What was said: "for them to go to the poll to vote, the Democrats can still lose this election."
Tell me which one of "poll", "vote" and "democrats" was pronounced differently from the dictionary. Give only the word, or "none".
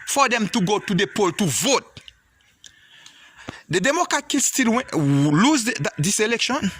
democrats